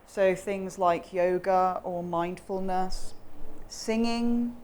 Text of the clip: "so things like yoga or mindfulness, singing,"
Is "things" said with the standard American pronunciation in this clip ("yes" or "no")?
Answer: yes